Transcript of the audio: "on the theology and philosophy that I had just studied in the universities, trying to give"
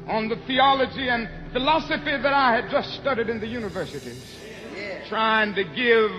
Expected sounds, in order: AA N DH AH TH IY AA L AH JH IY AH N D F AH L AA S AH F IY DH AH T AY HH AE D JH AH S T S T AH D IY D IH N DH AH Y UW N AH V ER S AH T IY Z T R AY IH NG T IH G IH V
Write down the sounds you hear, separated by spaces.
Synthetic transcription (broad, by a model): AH N DH AH TH IY AA L AH JH IY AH N F AH L AA S AH F IY DH AH T AY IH D JH AH S T S T AH D IY D IH N DH AH Y UW N AH V ER S AH T IY Z T R AY IH NG T IH G IH V